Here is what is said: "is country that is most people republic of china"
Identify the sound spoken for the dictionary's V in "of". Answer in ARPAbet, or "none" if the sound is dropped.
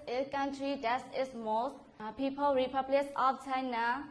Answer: P